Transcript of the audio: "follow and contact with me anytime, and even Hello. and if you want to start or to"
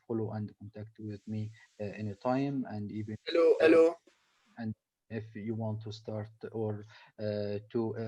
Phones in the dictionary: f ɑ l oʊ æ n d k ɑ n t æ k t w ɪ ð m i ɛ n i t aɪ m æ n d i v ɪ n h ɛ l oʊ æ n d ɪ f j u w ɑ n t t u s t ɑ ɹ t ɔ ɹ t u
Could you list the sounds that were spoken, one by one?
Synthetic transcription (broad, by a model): f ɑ l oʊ æ n d k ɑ n t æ k t w ɪ ð m i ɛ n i t aɪ m æ n d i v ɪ l h ɛ l oʊ æ n d ɪ f j u w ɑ n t t u s t ɑ ɹ t ɔ ɹ t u